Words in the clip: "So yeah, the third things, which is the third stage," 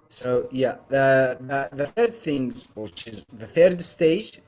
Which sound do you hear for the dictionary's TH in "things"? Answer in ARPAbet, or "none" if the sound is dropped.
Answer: TH